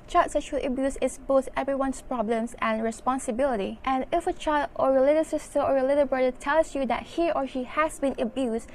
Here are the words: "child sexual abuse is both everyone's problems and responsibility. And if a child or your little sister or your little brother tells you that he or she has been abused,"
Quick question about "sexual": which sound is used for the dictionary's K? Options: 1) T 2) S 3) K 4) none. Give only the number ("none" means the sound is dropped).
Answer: 4